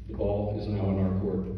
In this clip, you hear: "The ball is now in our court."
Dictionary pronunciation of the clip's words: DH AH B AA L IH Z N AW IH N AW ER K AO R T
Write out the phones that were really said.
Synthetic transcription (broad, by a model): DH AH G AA L IH Z N AW IH N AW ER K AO R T